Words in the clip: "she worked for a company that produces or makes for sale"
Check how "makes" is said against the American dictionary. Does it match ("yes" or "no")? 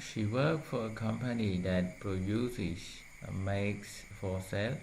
yes